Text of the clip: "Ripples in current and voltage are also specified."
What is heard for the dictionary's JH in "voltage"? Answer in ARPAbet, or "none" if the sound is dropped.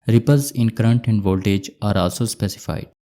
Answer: JH